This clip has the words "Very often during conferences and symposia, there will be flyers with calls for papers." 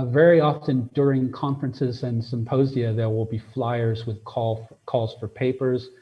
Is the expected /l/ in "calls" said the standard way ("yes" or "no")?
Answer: yes